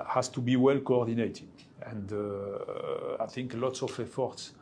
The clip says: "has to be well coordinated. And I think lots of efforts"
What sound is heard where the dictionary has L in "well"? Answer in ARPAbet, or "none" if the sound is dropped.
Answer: L